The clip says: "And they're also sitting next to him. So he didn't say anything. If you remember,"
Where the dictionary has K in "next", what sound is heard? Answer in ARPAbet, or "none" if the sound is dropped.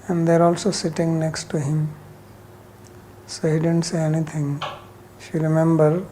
K